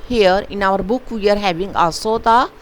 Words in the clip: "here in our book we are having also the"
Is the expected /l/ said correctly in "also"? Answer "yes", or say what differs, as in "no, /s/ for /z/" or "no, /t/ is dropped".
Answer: no, /l/ is dropped